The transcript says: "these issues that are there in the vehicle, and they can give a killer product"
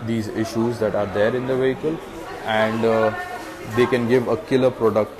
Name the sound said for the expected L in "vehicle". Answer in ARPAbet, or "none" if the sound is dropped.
L